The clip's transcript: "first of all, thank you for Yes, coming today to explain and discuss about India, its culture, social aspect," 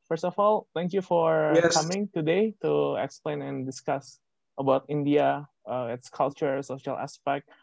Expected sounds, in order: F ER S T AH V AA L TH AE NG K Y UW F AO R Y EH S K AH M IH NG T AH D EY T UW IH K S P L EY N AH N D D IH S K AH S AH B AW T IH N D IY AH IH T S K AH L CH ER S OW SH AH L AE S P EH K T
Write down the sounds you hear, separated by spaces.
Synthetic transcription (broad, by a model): F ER S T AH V AA L T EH NG K Y UW F AO R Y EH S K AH M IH NG T AH D EY T UW IH K S P L EY N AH N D D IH S K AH S AH B AW T IH N D IY AH IH T S K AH L CH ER S OW SH AH L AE S P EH K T